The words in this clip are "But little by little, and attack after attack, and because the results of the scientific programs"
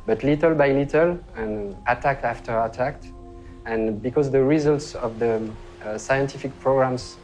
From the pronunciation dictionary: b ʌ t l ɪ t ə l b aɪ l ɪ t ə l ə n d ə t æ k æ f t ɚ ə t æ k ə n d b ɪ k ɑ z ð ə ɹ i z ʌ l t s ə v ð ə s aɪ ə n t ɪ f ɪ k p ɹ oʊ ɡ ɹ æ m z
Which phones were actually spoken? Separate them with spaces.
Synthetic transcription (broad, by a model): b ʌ t l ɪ t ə l b aɪ l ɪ t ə l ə n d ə t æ k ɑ f t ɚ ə t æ k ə n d b ɪ k ɑ z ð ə ɹ i z ʌ l t s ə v ð ə s aɪ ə n t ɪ f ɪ k p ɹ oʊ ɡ ɹ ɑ m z